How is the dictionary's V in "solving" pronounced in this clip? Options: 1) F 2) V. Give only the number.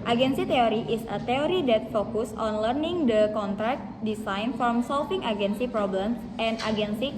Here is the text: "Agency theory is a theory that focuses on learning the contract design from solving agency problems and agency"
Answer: 1